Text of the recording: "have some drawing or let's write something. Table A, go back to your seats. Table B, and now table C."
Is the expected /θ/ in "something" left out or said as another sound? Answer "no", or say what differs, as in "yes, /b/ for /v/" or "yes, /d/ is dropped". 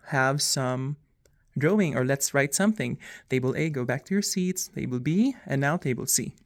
no